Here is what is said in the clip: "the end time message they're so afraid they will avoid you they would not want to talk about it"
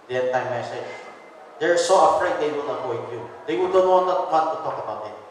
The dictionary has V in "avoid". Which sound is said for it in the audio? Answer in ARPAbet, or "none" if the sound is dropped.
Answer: P